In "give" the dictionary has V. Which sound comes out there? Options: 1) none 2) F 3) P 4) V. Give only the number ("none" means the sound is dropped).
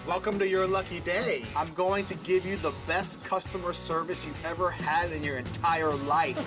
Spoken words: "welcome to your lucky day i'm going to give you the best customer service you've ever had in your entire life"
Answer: 4